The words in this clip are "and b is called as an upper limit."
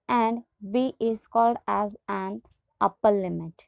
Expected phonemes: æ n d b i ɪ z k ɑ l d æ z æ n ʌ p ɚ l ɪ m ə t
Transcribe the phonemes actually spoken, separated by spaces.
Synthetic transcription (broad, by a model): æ n d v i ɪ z k ɑ l d æ z æ n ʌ p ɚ l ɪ m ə t